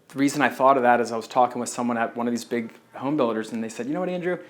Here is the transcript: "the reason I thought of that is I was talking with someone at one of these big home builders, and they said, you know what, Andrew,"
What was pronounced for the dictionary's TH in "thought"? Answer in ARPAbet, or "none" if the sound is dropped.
TH